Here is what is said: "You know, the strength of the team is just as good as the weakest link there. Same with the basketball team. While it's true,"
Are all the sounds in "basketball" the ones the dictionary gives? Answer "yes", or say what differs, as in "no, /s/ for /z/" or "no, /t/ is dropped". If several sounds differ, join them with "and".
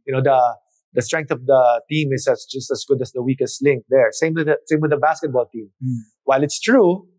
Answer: yes